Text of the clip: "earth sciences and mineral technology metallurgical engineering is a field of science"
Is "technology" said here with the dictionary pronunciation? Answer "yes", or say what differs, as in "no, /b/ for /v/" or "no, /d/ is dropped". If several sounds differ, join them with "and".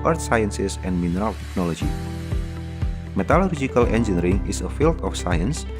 yes